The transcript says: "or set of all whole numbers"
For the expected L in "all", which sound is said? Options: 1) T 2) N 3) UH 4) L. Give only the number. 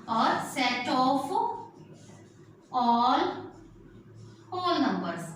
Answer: 4